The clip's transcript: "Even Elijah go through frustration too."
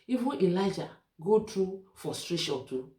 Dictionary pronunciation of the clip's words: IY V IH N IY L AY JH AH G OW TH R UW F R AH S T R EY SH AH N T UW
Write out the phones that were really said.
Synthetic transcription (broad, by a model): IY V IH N IY L AY JH AH G OW T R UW F AH S T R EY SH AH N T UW